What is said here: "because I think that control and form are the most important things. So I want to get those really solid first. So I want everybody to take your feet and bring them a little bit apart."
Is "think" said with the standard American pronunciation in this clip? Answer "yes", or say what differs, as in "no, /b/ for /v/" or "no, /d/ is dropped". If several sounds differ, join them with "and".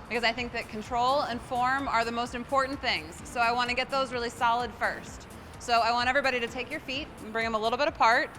yes